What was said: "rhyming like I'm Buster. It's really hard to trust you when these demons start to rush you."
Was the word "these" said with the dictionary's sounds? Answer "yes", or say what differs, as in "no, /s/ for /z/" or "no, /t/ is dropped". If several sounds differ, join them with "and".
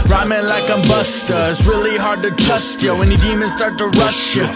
no, /z/ is dropped